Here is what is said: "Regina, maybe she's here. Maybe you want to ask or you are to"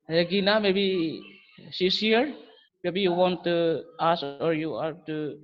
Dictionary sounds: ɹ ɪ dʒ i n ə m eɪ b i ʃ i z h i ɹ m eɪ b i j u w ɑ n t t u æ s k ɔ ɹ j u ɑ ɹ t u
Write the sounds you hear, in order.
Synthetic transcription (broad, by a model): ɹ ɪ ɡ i n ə m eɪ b i s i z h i ɹ m eɪ b i j u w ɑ n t t u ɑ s ɔ ɹ j u ɑ ɹ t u